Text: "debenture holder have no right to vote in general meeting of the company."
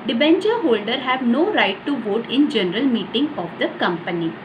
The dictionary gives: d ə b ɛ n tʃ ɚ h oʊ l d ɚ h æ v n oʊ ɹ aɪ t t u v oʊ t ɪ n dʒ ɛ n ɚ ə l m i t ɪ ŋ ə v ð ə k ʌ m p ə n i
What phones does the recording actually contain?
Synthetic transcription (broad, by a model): d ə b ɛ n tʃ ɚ h oʊ l d ɚ h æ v n oʊ ɹ aɪ t t u v oʊ t ɪ n dʒ ɛ n ɚ ə l m i t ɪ ŋ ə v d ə k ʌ m p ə n i